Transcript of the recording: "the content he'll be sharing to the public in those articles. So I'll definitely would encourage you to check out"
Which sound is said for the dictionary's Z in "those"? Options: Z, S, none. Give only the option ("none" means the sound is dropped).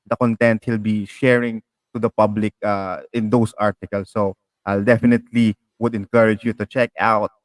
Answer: S